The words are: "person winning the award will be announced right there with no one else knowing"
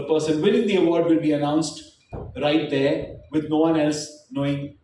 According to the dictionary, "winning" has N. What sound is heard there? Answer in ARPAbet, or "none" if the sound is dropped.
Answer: L